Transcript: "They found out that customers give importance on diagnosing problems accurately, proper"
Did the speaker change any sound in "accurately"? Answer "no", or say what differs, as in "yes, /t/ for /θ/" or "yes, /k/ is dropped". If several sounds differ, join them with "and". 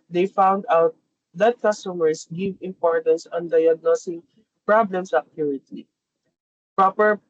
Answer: yes, /l/ is dropped